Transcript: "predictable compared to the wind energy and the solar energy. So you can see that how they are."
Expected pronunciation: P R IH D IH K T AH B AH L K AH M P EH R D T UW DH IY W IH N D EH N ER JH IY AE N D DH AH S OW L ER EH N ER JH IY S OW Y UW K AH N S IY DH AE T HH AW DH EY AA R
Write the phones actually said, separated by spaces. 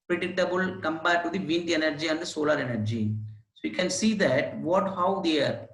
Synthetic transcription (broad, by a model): P R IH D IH K T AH B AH L K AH M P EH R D T UW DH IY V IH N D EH N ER JH IY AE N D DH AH S OW L ER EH N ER JH IY S OW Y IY K AH N S IY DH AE T HH AW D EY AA R